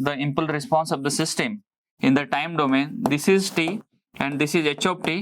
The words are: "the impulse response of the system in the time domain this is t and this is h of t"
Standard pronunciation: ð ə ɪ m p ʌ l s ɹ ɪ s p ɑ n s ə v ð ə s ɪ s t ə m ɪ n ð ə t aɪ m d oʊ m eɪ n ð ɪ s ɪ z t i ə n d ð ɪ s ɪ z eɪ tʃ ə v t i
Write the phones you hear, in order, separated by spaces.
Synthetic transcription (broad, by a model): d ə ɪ m p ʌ l ɹ ɪ s p ɑ n s ə v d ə s ɪ s t ə m ɪ n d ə t aɪ m d oʊ m eɪ n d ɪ s ɪ z t i ə n d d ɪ s ɪ z eɪ tʃ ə p t i